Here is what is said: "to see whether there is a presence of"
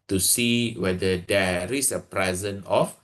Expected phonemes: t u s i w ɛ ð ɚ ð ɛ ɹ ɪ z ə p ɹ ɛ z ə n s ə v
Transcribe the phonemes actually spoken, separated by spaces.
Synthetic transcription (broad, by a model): t u s i w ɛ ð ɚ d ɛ ɹ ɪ s ə p ɹ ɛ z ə n ə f